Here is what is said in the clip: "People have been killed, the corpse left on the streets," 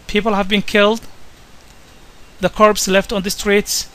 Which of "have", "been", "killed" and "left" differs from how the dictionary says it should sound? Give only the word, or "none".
none